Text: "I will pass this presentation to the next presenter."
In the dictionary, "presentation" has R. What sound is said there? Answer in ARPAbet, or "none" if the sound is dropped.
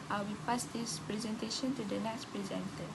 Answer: R